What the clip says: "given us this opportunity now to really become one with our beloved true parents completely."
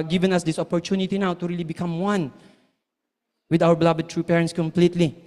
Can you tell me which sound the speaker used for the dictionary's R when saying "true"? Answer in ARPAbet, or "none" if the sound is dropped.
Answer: R